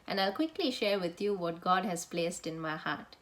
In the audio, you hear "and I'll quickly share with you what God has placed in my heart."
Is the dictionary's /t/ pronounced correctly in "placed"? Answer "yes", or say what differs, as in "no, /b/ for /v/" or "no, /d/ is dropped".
yes